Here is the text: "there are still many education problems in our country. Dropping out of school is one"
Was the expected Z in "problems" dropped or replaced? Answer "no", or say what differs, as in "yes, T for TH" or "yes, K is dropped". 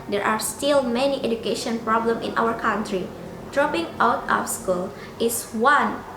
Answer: yes, Z is dropped